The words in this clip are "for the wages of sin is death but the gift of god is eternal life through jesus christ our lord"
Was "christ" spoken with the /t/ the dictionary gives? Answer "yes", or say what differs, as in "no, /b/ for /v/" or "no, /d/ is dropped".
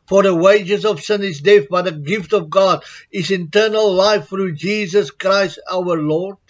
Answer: yes